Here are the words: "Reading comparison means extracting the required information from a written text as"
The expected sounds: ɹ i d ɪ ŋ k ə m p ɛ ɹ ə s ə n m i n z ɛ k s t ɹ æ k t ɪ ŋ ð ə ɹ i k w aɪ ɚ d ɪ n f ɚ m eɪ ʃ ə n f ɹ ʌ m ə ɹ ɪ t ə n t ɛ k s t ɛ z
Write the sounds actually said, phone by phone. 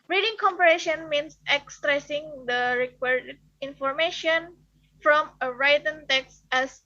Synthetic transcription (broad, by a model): ɹ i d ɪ ŋ k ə m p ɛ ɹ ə ʃ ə n m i n s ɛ k s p ɹ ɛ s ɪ ŋ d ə ɹ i k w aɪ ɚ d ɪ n f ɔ m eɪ ʃ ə n f ɹ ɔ m ə ɹ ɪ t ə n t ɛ k s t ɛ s